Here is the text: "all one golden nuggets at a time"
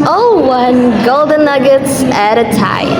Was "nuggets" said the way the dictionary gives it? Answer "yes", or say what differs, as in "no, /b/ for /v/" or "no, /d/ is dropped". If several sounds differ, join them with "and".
yes